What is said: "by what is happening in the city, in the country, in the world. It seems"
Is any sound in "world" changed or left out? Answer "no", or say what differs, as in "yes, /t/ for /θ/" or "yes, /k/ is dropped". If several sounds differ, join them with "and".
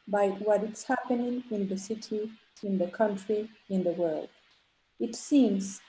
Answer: no